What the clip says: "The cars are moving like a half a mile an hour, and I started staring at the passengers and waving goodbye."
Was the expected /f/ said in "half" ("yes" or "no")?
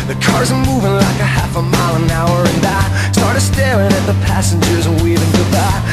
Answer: yes